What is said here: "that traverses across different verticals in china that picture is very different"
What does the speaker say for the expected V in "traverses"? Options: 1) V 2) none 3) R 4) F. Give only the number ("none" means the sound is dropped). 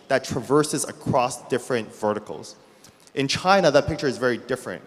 1